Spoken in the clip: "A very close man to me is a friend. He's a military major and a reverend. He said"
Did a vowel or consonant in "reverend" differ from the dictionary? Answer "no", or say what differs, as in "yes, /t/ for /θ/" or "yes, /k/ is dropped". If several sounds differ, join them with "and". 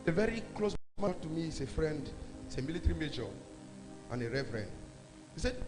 yes, /f/ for /v/